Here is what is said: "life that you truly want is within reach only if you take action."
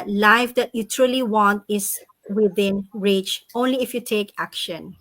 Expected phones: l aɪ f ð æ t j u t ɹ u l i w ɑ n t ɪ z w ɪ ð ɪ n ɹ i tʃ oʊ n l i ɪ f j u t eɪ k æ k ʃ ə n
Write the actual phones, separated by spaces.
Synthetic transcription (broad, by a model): l aɪ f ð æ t j u t ɹ u l i w ɑ n t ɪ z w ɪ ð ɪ n ɹ i tʃ oʊ n l i ɪ f j u t eɪ k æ k ʃ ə n